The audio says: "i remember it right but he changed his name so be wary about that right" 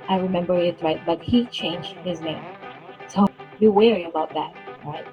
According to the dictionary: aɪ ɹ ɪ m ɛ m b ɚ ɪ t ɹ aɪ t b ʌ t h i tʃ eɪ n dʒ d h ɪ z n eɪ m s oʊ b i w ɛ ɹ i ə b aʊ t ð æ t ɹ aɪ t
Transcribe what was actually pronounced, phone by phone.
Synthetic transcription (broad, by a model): aɪ ɹ ɪ m ɛ m b ɚ ɪ t ɹ aɪ t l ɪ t h i tʃ eɪ n dʒ d h ɪ z n eɪ m s oʊ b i w ɛ ɹ i ə b aʊ t ð æ t ɹ aɪ t